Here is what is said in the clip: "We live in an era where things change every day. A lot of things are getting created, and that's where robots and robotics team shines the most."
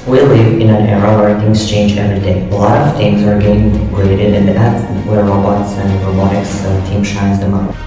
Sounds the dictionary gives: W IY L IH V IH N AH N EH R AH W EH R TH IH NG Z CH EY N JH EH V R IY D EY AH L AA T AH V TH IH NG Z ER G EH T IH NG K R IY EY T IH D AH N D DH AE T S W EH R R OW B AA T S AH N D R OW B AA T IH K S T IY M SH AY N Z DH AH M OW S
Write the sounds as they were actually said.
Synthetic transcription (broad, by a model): W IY L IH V IH N AH N EH R AH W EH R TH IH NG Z CH EY N JH EH V R IY D EY AH L AA T AH V T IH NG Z ER G EH T IH NG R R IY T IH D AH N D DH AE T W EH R R OW B AA T S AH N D R OW B AA T IH K S T IY M SH AY N Z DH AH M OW